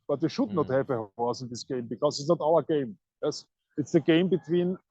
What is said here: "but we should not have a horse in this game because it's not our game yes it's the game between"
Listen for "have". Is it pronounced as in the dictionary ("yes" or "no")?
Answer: no